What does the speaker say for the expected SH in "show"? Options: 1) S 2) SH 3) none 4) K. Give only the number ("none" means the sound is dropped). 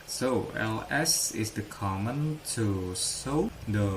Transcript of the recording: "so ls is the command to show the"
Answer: 1